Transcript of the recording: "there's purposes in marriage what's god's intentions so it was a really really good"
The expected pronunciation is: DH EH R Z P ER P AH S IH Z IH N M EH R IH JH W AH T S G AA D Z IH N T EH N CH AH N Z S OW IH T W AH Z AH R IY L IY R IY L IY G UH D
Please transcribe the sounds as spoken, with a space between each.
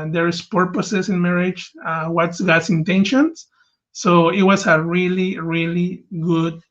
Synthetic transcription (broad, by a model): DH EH R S P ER P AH S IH S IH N M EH R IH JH W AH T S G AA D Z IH N T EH N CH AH N S OW IH T W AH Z AH R IY L IY R IY L IY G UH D